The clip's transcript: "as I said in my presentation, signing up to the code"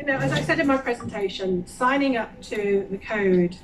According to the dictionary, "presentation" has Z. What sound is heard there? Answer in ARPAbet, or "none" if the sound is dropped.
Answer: Z